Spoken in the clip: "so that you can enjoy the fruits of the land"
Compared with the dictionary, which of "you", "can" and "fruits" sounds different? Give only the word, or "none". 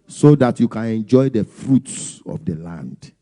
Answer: none